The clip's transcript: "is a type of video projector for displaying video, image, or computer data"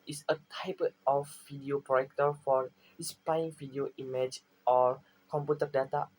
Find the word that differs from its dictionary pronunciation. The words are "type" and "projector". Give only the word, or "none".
projector